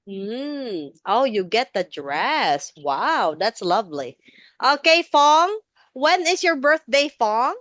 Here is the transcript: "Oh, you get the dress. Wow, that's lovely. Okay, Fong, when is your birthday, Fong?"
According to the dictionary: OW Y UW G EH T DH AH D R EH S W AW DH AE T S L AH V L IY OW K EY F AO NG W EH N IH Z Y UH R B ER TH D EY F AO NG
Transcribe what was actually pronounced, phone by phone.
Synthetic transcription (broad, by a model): OW Y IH G EH T DH AH D R EH S W AW DH AE T S L AH V L IY OW K EY F AO NG W EH N IH Z Y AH R B ER TH D EY F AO NG